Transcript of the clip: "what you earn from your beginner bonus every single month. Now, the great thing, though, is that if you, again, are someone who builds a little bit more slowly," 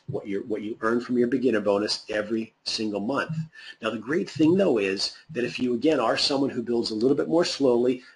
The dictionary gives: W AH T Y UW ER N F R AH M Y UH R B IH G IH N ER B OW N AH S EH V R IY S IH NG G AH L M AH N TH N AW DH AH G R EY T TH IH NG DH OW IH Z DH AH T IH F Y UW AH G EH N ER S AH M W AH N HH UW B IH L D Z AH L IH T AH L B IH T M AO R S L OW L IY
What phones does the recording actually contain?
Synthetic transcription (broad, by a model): W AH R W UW ER N F R AH M Y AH R B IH G IH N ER B OW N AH S EH V R IY S IH NG G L M AH N TH N AW DH AH G R EY T TH IH NG DH OW IH Z DH AH T IH F Y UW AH G EH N ER S AH M W AH N HH UW B IH L D Z AH L IH T L B IH T M AO R S L OW L IY